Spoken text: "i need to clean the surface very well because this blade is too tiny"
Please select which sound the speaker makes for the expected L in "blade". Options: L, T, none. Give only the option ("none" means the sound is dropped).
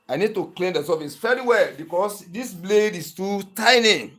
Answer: L